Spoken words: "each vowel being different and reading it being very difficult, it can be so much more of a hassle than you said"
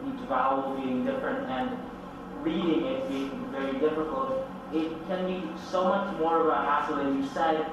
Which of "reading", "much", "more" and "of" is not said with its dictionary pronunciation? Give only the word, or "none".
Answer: of